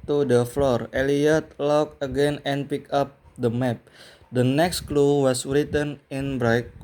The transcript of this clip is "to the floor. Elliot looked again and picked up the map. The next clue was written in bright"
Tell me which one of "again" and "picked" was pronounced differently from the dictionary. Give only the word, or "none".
picked